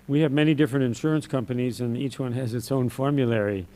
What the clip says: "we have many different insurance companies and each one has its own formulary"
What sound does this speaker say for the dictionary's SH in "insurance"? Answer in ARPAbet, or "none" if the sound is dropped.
SH